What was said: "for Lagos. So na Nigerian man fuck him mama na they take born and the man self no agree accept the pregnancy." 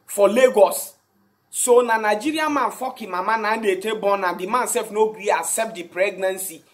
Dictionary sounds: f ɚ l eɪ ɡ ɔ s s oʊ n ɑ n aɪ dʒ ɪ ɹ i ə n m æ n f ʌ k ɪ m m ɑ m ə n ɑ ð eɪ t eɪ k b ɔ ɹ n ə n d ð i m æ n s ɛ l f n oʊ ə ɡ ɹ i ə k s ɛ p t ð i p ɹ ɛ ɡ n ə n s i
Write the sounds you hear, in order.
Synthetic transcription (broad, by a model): f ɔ l eɪ ɡ ɔ s s oʊ n ɑ n aɪ dʒ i ɹ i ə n m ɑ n f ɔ k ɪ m m ɑ m ə n ɑ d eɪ t eɪ b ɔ n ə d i m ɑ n s ɛ l f n oʊ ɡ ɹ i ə s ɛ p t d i p ɹ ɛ ɡ n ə n s i